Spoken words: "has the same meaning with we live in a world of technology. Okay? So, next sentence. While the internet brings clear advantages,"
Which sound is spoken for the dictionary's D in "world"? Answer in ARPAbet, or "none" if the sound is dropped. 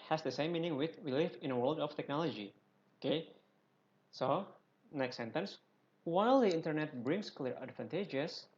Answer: D